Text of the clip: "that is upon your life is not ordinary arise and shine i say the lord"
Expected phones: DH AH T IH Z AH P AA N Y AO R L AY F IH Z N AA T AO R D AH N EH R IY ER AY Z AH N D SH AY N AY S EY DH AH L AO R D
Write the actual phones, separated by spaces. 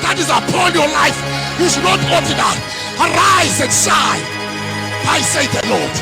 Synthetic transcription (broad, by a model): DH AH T IH Z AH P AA L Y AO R L AY F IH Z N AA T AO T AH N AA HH ER AY Z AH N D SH AY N AY S EY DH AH L AO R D